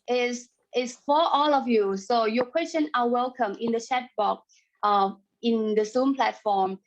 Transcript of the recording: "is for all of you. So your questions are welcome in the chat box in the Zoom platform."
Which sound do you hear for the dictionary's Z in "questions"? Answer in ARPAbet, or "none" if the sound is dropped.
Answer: none